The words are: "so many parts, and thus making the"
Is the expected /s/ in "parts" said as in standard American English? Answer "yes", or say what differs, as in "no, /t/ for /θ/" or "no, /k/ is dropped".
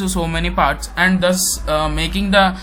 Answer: yes